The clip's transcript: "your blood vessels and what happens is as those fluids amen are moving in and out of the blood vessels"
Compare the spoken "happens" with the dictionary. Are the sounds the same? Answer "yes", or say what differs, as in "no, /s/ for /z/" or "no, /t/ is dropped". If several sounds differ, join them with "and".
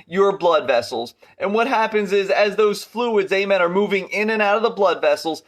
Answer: yes